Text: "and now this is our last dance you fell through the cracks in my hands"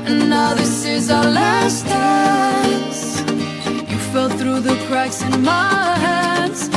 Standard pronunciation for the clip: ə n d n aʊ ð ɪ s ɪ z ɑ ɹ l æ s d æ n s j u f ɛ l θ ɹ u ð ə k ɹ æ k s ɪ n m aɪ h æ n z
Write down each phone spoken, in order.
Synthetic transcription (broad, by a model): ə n n aʊ ð ɪ s ɪ z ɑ l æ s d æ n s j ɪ f ɛ l θ ɹ u ð ə k ɹ æ k s ɪ n m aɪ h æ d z